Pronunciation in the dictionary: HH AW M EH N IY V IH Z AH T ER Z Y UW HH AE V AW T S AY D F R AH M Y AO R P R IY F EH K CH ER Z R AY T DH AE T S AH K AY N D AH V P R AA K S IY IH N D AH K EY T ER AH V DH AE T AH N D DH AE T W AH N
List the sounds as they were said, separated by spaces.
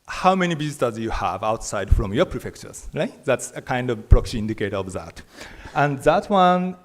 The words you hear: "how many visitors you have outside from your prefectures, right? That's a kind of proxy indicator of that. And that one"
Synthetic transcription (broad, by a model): HH AW M EH N IY B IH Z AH T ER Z Y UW HH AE V AW T S AY D F R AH M Y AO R P R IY F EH K CH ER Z R AY T DH AE T S AH K AY N D AH V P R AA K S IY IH N D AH K EY T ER AH V DH AE T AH N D DH AE T W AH N